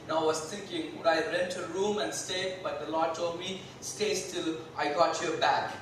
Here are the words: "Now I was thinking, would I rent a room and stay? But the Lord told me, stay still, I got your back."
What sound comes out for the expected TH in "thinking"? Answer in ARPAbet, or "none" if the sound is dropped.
T